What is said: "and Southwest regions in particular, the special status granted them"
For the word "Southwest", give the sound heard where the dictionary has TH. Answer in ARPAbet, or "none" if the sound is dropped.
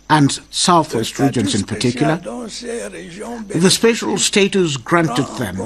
TH